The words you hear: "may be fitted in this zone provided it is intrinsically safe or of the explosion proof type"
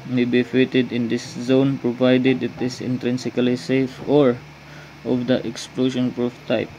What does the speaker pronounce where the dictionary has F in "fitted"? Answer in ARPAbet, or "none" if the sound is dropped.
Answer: F